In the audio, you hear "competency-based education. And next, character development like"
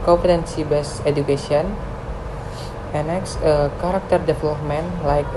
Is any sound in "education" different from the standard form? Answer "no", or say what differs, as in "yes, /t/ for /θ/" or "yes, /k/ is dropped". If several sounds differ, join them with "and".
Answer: yes, /n/ is dropped